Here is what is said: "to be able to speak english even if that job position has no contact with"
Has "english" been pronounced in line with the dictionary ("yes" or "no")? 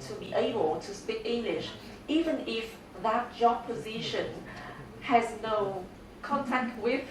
yes